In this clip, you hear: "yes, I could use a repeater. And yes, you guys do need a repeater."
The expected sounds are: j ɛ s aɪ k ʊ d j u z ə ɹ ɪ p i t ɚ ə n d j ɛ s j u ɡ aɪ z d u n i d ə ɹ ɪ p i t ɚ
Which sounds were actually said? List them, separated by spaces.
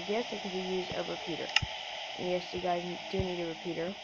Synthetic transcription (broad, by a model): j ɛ s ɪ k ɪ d j u z ə ɹ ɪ p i t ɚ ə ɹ j ɛ s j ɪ ɡ aɪ z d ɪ n i d ə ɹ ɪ p i t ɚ